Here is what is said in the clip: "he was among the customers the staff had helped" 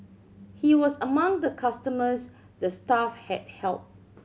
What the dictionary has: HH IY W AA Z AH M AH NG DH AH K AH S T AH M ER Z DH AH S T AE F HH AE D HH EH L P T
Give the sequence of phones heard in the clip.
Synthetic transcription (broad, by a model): HH IY W AA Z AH M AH NG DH AH K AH S T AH M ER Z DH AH S T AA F HH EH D HH EH L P